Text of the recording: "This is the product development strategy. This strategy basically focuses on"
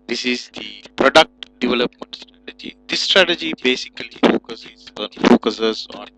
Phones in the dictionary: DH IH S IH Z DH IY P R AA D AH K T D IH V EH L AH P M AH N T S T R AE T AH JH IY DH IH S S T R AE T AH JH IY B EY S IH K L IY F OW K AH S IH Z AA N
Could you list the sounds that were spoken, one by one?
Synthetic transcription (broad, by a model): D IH S IH Z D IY P R AA D AH K T D IH V EH L AH P M AH N T S T R AE T AH JH IY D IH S S T R AE T AH JH IY B EY S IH K L IY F OW K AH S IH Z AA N